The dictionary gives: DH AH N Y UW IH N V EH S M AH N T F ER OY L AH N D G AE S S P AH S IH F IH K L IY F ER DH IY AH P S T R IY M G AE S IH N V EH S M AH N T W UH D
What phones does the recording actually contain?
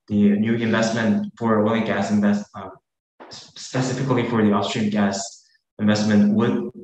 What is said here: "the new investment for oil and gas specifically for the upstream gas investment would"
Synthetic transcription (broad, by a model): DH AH N Y UW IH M V EH S M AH N T F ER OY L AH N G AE S S P AH S IH F IH K L IY F ER DH IY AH F S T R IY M G AE S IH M V EH S M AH N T W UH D